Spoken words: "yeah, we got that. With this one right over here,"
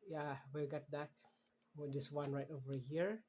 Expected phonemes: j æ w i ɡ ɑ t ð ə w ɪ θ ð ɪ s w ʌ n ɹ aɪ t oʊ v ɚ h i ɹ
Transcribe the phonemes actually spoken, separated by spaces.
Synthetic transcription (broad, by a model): j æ w i ɡ ɑ t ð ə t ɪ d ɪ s w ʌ n ɹ aɪ t oʊ v ɚ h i ɹ